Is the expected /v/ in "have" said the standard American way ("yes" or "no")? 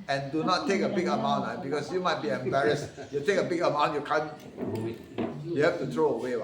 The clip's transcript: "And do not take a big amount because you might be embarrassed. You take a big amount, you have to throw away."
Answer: no